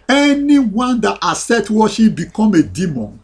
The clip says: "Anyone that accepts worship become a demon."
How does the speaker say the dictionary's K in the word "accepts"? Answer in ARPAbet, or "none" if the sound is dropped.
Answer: none